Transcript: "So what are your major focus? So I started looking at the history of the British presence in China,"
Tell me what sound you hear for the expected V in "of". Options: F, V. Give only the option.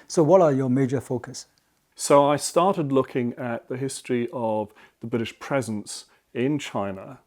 V